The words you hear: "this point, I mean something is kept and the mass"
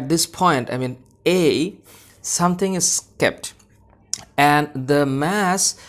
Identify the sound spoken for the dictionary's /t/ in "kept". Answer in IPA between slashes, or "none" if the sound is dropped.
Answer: /t/